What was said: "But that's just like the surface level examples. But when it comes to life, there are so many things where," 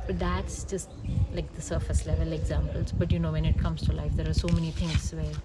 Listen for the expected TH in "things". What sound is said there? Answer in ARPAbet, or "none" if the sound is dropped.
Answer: T